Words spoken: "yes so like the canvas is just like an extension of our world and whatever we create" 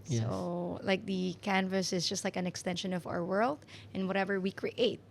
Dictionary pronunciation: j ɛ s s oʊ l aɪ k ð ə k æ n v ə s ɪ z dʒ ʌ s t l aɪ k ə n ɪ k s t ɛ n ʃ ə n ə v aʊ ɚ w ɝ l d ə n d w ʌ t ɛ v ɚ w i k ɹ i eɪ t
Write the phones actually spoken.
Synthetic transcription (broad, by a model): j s s oʊ l aɪ k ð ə k æ n v ə s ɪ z dʒ ʌ s t l aɪ k ə n ɪ k s t ɛ n ʃ ə n ə v aʊ ɚ w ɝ l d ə n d w ʌ t ɛ v ɚ w i k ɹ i eɪ t